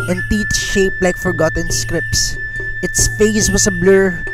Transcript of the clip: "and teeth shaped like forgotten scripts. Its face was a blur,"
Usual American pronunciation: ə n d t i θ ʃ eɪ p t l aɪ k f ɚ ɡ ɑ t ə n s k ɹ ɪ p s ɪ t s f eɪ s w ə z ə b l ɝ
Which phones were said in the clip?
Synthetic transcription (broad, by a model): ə n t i t ʃ eɪ p l aɪ k f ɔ ɡ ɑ t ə n s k ɹ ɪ p s ɪ t s f eɪ s w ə s ə b l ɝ